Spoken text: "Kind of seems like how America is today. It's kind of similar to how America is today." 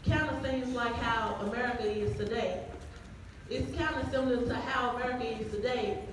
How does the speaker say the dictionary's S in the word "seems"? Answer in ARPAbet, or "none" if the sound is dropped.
TH